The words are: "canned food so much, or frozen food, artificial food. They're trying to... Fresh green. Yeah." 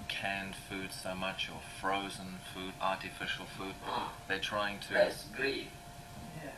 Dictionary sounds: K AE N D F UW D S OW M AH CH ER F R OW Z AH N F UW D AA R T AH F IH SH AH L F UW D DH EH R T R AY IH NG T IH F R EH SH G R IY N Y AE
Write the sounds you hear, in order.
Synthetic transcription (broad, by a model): K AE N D F UW D S OW M AH CH ER F R OW Z AH N F UW D AA R T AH F IH SH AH L F UW D DH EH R T R AY IH NG T IH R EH S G R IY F